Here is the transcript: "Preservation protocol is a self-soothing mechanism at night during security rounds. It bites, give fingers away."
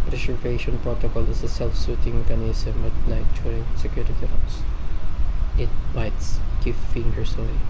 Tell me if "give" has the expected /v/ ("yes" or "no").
no